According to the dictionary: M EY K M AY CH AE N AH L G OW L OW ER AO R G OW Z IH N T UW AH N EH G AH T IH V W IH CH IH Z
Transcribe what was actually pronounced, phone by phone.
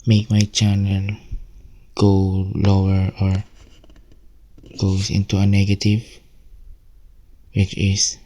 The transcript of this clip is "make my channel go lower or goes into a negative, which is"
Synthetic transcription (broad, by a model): M EY K M AY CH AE N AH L G OW L OW ER AO R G OW S IH N T UW AH N EH G AH T IH V W IH CH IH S